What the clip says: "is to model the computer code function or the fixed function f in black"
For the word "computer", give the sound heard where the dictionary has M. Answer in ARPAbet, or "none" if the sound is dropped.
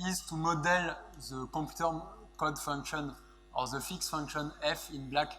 none